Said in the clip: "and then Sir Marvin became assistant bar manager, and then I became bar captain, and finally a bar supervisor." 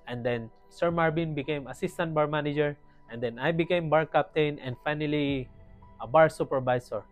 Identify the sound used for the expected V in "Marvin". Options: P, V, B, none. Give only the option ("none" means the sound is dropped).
B